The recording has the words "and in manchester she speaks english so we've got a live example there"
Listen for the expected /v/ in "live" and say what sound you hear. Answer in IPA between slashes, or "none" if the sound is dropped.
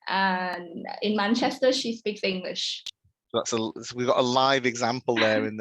/v/